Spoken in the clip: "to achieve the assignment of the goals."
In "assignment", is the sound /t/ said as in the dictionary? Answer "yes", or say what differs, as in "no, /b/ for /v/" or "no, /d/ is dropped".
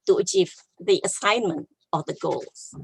yes